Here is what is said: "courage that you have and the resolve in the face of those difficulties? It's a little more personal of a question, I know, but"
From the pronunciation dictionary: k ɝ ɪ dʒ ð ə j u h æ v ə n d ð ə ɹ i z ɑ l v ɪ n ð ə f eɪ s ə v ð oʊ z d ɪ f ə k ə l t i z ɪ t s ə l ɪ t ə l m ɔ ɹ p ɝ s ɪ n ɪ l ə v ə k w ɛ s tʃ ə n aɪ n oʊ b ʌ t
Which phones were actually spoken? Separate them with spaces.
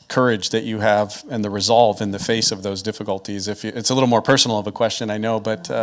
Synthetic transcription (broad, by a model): k ɝ ɪ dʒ ð ə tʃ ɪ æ v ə n ð ə ɹ i z ɑ l v ɪ n ð ə f eɪ s ə v ð oʊ z d ɪ f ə k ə l t i z ɪ t s ə l ɪ t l m ɔ ɹ p ɝ s n l ə v ə k w ɛ s tʃ ə n aɪ n oʊ b ʌ t